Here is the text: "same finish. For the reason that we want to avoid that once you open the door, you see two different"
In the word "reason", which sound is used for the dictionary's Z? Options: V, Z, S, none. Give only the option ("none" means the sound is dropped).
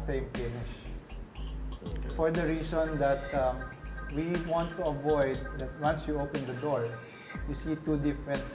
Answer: S